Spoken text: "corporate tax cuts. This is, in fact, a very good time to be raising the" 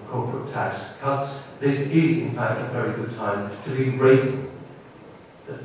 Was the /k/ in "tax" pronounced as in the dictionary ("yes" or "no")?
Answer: yes